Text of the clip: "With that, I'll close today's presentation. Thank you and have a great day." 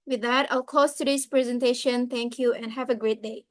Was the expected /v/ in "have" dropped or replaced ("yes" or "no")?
no